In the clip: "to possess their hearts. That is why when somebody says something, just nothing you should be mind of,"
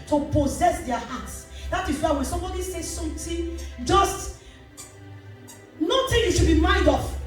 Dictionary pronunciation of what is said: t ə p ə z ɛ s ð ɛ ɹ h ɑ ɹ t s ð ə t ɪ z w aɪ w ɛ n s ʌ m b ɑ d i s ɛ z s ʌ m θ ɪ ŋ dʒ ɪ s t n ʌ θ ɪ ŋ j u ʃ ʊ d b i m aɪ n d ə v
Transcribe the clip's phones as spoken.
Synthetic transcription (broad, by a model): t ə p ə z ɛ s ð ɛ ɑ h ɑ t s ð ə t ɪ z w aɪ w ɛ n s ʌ m b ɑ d i s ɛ s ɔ m t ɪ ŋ dʒ ɪ s t n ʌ t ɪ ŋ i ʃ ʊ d b i m aɪ n d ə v